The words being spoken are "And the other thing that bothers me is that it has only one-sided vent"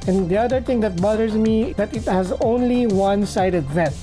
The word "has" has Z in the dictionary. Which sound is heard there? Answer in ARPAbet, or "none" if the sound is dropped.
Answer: Z